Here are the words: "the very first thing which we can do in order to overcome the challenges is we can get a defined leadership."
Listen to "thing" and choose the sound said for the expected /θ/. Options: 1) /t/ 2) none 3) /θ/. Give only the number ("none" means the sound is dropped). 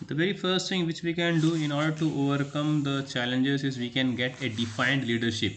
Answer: 1